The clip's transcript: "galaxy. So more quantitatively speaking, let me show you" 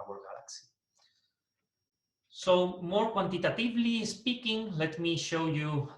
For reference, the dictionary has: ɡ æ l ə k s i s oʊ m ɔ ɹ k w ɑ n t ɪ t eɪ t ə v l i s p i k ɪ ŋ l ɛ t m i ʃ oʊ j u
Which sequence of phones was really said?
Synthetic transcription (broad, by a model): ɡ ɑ l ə k s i s oʊ m ɔ ɹ k w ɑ n t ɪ t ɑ t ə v l i s p i k ɪ ŋ l ɛ t m i ʃ oʊ j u